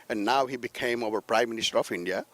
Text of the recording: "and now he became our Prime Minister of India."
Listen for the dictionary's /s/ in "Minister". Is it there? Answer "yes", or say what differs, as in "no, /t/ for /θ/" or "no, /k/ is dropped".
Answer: yes